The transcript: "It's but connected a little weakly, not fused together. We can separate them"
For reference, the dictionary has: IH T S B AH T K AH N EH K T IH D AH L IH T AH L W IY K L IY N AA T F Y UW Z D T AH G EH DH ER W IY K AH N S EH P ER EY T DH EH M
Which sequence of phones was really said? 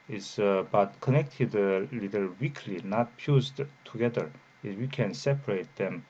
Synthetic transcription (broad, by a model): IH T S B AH T K AH N EH K T IH D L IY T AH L W IY K L IY N AA T P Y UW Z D T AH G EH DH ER W IY K AH N S EH P ER EY T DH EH M